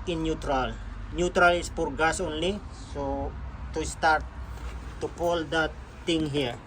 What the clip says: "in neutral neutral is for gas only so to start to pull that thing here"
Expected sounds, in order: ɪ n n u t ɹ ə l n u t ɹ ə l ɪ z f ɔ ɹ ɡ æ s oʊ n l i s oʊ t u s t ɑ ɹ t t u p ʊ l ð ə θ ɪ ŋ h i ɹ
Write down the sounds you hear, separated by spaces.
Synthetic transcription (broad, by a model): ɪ n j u t ɹ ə l n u t ɹ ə l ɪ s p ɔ ɹ ɡ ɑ s oʊ n l i s oʊ t u s t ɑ ɹ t t u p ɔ l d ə t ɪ ŋ h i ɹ